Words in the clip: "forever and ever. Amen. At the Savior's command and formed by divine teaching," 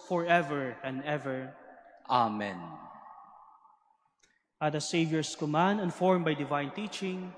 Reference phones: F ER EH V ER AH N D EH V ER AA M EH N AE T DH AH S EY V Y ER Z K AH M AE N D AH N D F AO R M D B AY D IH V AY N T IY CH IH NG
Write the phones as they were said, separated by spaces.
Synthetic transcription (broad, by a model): F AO EH V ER AH N D EH V ER AA M EH N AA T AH S EY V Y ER S K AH M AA N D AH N F AO R M B AY D IH V AY N T IY CH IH NG